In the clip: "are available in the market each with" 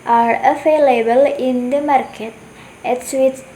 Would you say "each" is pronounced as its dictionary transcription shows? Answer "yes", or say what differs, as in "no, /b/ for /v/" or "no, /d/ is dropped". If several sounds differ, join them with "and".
no, /s/ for /tʃ/